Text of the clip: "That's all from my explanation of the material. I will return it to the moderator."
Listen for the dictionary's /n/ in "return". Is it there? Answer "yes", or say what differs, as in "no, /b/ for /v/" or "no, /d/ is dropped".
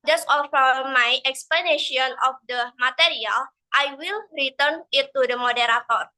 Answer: yes